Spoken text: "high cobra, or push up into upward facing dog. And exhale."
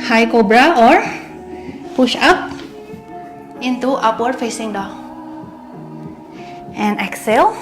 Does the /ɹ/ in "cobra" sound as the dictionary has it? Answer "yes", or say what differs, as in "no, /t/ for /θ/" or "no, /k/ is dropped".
yes